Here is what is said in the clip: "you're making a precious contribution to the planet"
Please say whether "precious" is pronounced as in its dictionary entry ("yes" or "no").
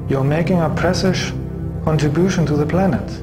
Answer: no